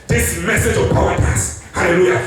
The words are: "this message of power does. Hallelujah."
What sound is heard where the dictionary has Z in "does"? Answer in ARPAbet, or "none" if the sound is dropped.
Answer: S